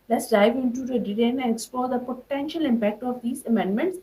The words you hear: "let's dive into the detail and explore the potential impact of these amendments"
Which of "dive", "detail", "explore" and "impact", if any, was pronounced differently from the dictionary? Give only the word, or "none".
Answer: detail